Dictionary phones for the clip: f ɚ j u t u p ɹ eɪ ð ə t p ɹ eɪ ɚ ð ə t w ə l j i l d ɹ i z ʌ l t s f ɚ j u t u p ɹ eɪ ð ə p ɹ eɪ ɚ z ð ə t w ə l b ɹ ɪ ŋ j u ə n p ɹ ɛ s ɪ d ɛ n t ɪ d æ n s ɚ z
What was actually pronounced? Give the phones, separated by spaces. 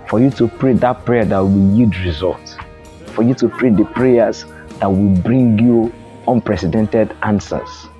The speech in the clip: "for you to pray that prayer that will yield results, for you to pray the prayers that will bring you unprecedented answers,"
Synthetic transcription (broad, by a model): f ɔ j u t u p ɹ eɪ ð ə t p ɹ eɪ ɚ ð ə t w ə l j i d ɹ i z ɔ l t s f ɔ j u t u p ɹ eɪ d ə p ɹ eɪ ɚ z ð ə t w ə l b ɹ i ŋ j u ə n p ɹ ɛ s ɪ d ɛ n t ɪ d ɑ n s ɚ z